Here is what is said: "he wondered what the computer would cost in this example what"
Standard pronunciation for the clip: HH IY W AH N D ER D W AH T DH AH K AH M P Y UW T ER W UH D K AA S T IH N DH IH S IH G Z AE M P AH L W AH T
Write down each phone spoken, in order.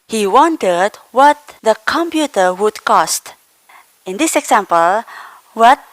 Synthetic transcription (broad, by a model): HH IY W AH N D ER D W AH T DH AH K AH M P Y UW T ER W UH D K AA S T IH N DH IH S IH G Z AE M P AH L W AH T